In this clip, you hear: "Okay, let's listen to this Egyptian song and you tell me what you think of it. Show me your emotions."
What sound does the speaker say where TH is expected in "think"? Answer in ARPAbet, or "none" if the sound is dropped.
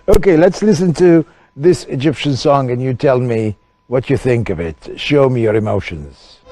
TH